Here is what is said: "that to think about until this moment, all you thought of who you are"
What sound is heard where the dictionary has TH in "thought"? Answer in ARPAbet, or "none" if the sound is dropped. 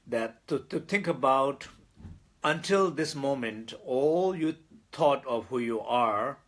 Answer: T